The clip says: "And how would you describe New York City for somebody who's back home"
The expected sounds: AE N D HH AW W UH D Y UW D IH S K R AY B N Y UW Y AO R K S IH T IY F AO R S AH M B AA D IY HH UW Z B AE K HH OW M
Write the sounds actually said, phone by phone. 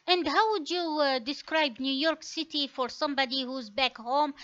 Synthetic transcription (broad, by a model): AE N D HH AW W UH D Y UW D IH S K R AY B N Y UW Y AO R K S IH T IY F AO R S AH M B AA D IY HH UW Z B AE K HH OW M